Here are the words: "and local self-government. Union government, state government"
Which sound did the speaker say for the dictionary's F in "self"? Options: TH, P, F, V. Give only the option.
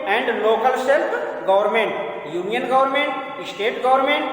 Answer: P